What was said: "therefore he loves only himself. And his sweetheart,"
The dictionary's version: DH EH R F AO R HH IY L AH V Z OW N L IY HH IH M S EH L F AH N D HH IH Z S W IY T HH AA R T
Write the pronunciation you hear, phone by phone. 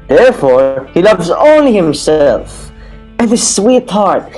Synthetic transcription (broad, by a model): DH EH R F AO R HH IY L AH V Z OW N L IY HH IH M S EH L F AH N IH S W IY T HH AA R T